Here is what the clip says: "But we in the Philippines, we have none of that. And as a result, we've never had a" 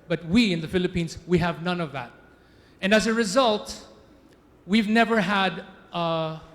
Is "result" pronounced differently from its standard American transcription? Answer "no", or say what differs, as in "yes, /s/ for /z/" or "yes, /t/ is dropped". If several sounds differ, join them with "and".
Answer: no